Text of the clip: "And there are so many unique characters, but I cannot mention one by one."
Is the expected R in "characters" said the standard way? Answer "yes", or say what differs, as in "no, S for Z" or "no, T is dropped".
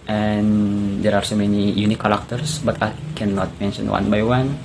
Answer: no, L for R